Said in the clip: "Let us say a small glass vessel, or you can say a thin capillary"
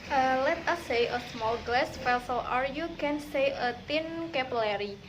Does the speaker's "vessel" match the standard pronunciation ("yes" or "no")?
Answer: no